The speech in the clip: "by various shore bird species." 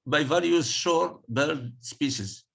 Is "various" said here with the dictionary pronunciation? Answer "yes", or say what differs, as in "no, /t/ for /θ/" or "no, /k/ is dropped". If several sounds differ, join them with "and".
no, /l/ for /ɹ/